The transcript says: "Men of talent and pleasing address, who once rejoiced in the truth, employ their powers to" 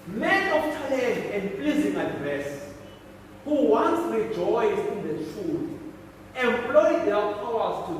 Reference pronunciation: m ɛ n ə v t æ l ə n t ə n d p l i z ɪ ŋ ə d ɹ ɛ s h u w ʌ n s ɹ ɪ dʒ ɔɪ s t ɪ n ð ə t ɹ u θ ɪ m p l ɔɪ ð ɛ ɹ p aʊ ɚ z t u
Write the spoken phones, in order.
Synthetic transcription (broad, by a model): m ɛ n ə f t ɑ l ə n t ə n d p l i z ɪ ŋ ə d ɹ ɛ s h u w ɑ n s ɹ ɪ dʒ ɔɪ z ɪ n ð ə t u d ɪ m p l ɔɪ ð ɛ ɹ p aʊ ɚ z t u